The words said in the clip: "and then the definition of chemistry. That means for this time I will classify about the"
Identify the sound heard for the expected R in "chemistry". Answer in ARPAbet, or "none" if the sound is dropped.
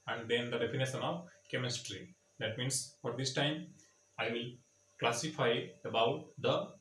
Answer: R